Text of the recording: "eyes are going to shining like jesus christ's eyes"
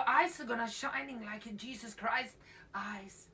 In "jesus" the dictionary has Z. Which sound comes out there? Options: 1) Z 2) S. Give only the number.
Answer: 1